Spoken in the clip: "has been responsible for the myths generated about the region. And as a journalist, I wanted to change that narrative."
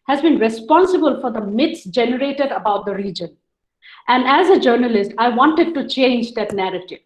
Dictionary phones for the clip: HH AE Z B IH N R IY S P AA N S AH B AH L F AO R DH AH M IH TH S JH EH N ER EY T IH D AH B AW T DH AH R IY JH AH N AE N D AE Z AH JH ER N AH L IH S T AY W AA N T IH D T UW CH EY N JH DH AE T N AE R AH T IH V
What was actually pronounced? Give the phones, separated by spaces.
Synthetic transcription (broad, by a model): HH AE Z B IH N R IY S P AA N S AH B AH L F AO R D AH M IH T S JH EH N ER EY T IH D AH B AW T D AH R IY JH AH N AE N D AE Z AH JH ER N AH L IH S T AY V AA N T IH D T UW CH EY N JH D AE T N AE R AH T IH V